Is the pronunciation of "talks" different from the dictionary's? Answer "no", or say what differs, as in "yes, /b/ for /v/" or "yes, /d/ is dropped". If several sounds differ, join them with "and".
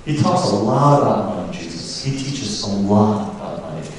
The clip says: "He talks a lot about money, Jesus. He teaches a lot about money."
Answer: no